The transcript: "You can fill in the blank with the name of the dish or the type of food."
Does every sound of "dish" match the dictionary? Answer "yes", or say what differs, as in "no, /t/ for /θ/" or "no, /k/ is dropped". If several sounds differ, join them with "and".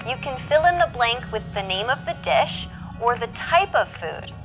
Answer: yes